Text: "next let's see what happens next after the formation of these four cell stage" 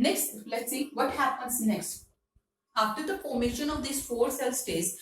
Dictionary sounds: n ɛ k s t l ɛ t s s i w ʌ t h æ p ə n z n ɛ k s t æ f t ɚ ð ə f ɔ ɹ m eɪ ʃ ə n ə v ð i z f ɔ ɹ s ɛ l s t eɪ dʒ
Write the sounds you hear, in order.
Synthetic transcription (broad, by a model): n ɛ k s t l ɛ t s s i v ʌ t h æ p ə n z n ɛ k s t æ f t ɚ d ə p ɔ m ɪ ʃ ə n ə v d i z f ɔ ɹ s ɛ l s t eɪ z